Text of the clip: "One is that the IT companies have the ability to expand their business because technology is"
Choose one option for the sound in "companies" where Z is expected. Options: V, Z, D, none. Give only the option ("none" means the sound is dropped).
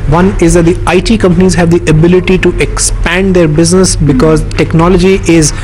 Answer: Z